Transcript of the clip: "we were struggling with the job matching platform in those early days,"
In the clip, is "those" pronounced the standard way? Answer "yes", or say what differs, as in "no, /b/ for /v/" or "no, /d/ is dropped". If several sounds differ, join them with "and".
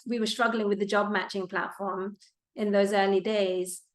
yes